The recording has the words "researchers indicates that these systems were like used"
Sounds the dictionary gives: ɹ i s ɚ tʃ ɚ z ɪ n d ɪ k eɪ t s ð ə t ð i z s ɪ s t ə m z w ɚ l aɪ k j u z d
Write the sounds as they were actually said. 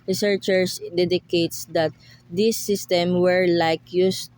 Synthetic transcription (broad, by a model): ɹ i s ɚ tʃ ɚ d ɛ d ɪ k eɪ t s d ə t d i s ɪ s t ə m w ɚ l aɪ k j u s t